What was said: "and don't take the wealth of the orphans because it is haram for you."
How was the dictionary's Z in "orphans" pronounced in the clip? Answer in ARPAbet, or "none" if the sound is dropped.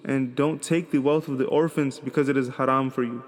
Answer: Z